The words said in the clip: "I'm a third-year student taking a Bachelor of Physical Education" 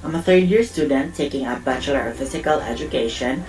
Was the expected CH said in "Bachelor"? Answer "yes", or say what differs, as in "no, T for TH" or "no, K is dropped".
yes